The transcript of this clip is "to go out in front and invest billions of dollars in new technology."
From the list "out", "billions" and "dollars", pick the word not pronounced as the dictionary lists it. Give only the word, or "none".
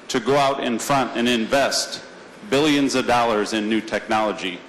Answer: none